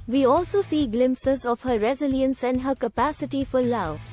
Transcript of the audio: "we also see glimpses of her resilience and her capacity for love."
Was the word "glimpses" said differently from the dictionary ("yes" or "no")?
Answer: no